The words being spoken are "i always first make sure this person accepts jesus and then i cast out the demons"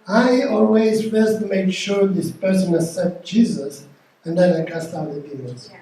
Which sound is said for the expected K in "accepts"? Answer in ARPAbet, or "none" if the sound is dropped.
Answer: none